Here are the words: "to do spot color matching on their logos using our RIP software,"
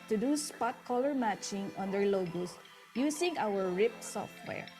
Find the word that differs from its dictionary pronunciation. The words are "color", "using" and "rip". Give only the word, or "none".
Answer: using